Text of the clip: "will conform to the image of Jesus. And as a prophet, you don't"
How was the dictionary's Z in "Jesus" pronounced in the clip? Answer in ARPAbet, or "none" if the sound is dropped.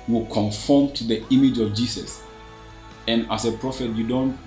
S